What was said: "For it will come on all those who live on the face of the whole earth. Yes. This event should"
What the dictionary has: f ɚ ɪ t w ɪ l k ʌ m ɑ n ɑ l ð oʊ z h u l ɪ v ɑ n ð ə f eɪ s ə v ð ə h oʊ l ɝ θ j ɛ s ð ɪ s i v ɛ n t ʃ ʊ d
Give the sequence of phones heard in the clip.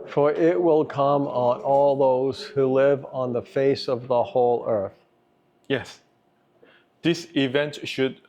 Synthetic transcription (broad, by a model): f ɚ ɪ t w ɪ l k ʌ m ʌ n ɑ l ð oʊ z h u l ɪ v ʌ n ð ə f eɪ s ə v ð ə h oʊ l ɝ θ j ɛ s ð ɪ s i v ɛ n t ʃ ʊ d